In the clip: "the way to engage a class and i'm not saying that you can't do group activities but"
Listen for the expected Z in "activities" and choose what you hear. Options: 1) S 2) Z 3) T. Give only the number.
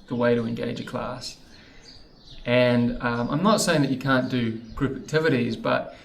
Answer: 2